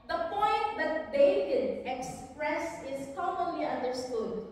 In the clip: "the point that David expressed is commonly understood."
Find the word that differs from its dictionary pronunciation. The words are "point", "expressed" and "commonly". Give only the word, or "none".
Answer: expressed